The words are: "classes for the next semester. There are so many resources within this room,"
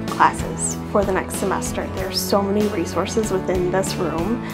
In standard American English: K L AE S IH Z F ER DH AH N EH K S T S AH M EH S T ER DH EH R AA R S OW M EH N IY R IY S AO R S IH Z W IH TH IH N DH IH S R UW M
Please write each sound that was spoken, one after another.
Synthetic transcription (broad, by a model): K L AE S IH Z F ER DH AH N EH K S T S AH M EH S T ER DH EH R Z S OW M EH N IY R IY S AO R S IH Z W IH TH IH N DH IH S R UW M